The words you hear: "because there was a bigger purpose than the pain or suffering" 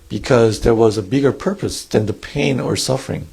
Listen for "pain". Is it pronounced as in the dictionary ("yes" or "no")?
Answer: yes